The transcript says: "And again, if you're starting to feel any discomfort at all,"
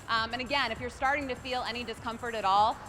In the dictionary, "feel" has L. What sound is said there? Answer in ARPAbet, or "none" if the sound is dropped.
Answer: L